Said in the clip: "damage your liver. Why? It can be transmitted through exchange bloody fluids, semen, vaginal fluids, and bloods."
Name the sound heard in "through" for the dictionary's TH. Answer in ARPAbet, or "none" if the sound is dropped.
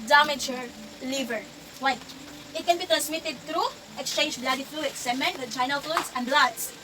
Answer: T